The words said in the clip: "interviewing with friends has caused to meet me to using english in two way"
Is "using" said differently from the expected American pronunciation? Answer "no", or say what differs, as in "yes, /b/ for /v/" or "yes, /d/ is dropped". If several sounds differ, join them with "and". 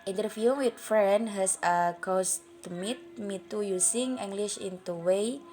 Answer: yes, /s/ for /z/